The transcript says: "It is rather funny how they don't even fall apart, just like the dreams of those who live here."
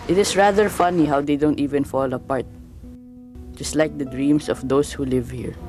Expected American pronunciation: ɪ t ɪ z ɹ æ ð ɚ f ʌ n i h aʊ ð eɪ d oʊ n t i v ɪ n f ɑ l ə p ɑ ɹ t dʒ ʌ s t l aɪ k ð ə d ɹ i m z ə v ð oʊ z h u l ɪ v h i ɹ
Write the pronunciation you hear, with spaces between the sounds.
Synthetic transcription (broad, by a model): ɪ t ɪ s ɹ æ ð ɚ f ʌ n i h aʊ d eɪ d oʊ n t i v ɪ n f ɑ l ə p ɑ ɹ t dʒ ʌ s t l aɪ k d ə d ɹ i m s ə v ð oʊ s h u l ɪ v h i ɹ